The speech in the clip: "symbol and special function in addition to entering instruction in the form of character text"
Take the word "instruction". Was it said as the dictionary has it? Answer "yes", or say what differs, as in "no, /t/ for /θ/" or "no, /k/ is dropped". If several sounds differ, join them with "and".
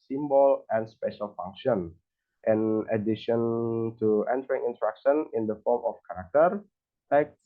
no, /s/ is dropped